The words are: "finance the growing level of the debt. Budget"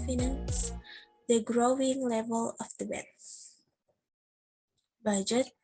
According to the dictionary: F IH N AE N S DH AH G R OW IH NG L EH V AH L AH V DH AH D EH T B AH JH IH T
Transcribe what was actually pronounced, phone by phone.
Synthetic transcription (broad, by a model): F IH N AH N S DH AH G R OW IH NG L EH V AH L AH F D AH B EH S B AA JH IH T